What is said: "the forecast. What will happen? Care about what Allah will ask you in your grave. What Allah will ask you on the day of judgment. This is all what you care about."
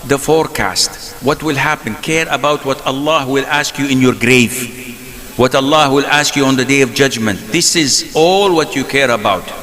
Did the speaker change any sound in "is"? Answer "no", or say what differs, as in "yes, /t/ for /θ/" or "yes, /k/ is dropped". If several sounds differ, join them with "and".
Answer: no